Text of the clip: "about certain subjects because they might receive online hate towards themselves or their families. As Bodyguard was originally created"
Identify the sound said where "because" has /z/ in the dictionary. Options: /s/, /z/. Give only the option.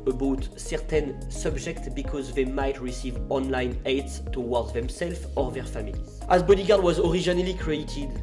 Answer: /z/